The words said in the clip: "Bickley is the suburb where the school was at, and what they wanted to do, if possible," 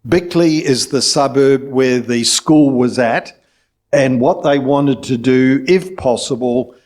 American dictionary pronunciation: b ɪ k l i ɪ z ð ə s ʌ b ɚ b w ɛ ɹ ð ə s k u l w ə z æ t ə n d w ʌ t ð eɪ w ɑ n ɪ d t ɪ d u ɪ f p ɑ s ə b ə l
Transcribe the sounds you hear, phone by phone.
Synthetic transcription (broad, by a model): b ɪ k l i ɪ z ð ə s ʌ b ɚ b w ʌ ɹ ð ə s k u l w ə z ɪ t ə n w ʌ t ð eɪ w ɑ n ɪ d t ɪ d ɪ ɪ f p ɑ s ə b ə l